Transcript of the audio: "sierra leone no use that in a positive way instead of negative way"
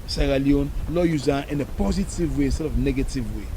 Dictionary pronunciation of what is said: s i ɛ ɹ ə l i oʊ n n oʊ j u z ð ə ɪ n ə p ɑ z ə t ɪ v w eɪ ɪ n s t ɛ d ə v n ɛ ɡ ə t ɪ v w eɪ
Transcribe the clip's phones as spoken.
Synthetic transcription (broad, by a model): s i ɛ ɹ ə l i oʊ n l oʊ j u z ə ɪ n ə p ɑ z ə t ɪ v w eɪ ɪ n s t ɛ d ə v n ɛ ɡ ə t ɪ v w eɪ